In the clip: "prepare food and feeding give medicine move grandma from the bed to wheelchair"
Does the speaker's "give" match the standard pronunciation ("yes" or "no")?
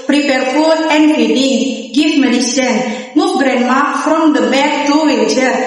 no